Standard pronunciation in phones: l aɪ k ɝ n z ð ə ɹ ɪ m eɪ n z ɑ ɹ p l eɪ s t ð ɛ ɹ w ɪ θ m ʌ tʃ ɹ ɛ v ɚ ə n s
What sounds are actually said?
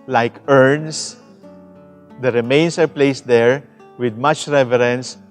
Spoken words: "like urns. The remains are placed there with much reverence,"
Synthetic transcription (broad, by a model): l aɪ k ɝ n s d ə ɹ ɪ m eɪ n s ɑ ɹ p l eɪ s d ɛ ɹ w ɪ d m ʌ tʃ ɹ ɛ v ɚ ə n s